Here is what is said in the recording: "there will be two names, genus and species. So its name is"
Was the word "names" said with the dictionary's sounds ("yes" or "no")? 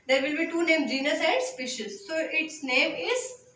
no